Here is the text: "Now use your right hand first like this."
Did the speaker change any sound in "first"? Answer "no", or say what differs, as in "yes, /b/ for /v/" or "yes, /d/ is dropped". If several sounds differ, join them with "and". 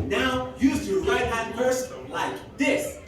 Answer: yes, /p/ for /f/